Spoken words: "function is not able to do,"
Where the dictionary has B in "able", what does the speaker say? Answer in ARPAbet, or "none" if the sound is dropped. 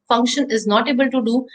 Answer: B